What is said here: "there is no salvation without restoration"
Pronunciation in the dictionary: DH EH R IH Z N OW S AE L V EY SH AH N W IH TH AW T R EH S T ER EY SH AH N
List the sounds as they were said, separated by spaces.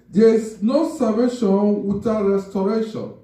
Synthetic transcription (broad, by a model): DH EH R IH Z N OW S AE V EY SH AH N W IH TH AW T R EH S T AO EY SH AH N